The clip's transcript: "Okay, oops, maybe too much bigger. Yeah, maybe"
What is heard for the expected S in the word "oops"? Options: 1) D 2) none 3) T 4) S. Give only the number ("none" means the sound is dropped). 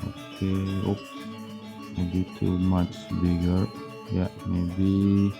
2